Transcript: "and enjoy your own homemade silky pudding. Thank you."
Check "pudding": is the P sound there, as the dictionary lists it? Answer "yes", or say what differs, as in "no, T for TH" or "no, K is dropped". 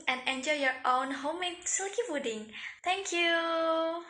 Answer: no, F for P